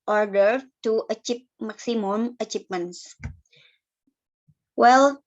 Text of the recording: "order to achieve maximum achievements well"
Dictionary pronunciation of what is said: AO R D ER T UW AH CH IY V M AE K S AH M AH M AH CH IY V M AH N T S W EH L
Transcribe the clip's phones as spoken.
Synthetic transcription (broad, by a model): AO R D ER T UW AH CH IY P M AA K S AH M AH M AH CH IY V M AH N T S W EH L